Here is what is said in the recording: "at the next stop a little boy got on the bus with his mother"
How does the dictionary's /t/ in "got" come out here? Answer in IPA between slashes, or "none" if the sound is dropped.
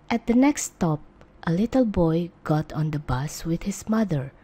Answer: /t/